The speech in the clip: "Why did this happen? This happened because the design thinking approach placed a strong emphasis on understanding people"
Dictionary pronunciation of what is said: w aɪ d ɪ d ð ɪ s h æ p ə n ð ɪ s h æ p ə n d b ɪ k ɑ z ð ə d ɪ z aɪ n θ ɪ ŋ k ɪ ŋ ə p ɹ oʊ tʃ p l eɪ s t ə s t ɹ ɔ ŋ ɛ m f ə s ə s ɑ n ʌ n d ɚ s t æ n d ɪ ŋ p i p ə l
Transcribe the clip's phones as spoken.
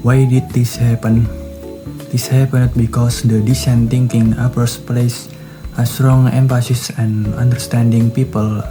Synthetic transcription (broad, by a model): w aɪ d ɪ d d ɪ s h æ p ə n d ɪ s h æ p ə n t b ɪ k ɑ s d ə d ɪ s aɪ n t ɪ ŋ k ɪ ŋ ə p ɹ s p l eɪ s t ə s t ɹ ɔ ŋ ɛ m f ə s ə s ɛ n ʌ n d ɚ s t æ n d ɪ ŋ p i p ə l